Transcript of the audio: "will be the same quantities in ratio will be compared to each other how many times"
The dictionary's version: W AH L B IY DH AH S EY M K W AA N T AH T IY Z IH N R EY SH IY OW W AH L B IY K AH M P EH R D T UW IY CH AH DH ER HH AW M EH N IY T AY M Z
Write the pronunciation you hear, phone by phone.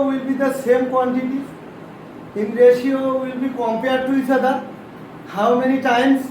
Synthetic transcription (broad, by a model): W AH L B IY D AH S EY M K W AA N T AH T IY IH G R EY SH IY OW W AH L B IY K AH M P EH R D T UW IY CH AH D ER HH AW M EH N IY T AY M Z